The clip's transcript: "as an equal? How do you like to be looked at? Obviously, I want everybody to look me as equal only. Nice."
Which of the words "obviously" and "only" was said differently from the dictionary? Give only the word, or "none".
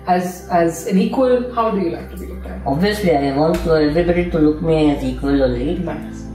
only